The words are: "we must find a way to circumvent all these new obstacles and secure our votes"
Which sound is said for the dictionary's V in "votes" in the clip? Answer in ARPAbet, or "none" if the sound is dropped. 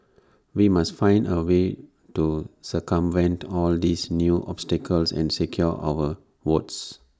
W